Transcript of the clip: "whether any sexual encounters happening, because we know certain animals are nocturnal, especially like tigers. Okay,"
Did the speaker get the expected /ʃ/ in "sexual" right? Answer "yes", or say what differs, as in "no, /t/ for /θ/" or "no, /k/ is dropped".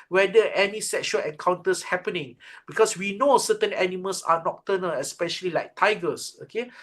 yes